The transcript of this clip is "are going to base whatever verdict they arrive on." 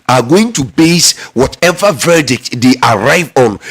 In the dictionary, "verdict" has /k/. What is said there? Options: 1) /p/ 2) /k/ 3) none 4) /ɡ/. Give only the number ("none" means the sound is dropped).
2